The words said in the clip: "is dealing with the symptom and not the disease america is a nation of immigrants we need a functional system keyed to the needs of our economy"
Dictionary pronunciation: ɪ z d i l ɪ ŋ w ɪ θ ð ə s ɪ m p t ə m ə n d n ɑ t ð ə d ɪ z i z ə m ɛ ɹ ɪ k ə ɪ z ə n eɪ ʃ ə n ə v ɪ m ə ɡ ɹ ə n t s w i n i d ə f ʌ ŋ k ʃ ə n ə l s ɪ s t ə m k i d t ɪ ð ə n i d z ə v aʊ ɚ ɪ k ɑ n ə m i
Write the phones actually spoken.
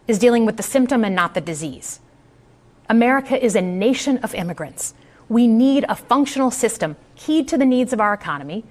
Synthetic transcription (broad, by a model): ɪ z d i l ɪ ŋ w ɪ ð ə s ɪ m p t ə m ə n n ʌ t ð ə d ɪ z i z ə m ɛ ɹ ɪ k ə ɪ z ə n eɪ ʃ ə n ə v ɪ m ə ɡ ɹ ə n t s w i n i d ə f ʌ ŋ k ʃ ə n l s ɪ s t ə m k i d t ɪ ð ə n i d z ə v aʊ ɚ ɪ k ɑ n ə m i